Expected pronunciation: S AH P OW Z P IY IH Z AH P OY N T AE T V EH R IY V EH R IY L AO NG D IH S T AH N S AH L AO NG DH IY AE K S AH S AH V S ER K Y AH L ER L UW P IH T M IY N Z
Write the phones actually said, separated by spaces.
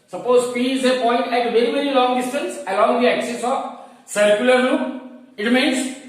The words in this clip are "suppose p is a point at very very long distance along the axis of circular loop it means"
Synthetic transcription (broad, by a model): S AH P OW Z P IY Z AH P OY N T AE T V EH R IY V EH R IY L AO NG D IH S T AH N S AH L AO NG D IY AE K S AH S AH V S ER K Y AH L ER N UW IH T M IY N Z